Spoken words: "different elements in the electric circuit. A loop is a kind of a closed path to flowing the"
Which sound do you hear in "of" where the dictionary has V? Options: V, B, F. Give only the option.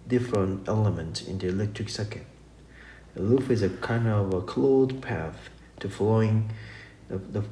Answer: V